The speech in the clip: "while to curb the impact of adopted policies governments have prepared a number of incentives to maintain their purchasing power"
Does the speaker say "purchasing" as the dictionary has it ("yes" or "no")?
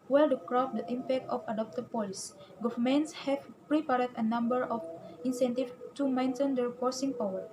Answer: no